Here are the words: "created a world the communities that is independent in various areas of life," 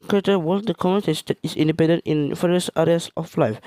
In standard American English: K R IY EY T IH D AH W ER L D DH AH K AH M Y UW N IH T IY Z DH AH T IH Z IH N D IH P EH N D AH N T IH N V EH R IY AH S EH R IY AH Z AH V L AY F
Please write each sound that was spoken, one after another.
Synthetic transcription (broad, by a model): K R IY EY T AH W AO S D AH K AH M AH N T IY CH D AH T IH S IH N D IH P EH N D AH N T IH N F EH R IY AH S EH R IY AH S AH F L AY F